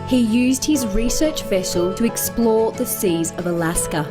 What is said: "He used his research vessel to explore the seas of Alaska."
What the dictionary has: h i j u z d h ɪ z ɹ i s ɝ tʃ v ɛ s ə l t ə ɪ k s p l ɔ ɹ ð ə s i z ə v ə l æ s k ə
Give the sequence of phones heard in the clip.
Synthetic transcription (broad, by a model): h i j u z d h ɪ z ɹ i s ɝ tʃ v ɛ s ə l t ə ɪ k s p l ɔ ð ə s i z ə v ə l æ s k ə